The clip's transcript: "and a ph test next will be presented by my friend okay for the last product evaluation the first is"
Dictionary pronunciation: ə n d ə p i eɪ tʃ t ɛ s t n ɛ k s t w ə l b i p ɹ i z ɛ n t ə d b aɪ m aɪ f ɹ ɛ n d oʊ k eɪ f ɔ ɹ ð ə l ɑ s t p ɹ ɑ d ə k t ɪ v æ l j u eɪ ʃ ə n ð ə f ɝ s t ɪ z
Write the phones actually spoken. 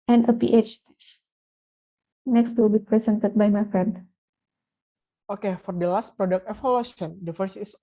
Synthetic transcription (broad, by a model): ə n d ə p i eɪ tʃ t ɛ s n ɛ k s t w ə l b i p ɹ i s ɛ n t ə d b aɪ m aɪ f ɹ ɛ n d oʊ k eɪ f ɔ ɹ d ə l ɑ s t p ɹ ɑ d ə k t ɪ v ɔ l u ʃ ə n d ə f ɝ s ɪ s